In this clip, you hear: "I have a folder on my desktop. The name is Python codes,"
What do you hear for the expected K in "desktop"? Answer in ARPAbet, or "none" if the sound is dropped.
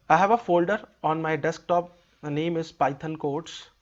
K